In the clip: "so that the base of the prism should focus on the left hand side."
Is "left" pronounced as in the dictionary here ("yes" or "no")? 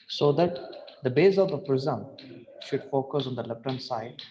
no